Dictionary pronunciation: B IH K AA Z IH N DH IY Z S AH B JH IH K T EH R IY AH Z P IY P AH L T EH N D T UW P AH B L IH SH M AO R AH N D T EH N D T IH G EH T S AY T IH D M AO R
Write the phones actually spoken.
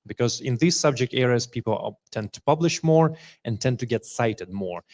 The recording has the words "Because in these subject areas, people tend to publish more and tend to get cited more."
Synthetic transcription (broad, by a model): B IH K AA Z IH N DH IY Z S AH B JH IH K T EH R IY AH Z P IY P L T EH N D T UW P AH B L IH SH M AO R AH N T EH N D T IH G EH T S AY T IH D M AO R